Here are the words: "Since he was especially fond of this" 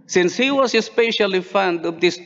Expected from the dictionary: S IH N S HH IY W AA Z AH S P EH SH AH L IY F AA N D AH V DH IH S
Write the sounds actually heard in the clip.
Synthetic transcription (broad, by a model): S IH N S HH IY W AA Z AH S P EH SH AH L IY F AA N D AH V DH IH S